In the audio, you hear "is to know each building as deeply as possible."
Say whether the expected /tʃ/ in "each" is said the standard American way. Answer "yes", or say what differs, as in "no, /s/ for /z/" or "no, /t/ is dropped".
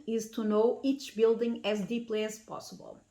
yes